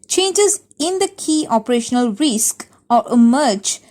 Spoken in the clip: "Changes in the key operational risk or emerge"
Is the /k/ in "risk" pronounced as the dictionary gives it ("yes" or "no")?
yes